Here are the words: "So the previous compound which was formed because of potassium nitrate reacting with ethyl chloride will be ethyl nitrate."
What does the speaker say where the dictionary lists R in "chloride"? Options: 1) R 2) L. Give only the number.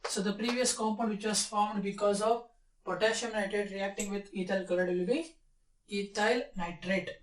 2